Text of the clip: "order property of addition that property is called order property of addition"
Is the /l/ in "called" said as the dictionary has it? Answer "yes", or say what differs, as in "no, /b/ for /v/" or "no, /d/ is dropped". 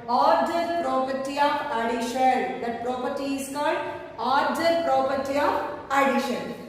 yes